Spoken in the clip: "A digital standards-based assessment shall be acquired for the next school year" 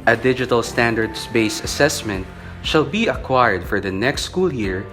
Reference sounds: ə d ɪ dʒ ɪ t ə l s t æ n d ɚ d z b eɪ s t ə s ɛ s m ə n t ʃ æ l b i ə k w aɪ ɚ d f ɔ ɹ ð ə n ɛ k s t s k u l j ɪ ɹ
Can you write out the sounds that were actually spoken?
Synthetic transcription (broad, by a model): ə d ɪ dʒ ɪ t ə l s t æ n d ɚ d s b eɪ s ə s ɛ s m ə n t ʃ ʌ l b i ə k w aɪ ɚ d f ɔ ɹ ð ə n ɛ k s t s k u l j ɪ ɹ